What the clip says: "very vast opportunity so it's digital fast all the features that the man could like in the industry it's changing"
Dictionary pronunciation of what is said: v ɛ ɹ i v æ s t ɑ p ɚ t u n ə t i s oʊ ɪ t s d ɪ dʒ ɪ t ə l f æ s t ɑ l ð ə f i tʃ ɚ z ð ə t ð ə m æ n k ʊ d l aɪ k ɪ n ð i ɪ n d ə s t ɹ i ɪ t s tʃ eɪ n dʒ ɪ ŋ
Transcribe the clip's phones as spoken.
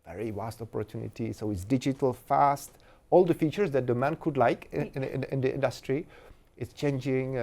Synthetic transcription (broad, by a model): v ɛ ɹ i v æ s t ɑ p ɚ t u n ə t i s oʊ ɪ t s d ɪ dʒ ɪ t ə l f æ s t ɑ l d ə f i tʃ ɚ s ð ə t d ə m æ n k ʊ d l aɪ k ɪ n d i ɪ n d ə s t ɹ i ɪ t s tʃ eɪ n dʒ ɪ ŋ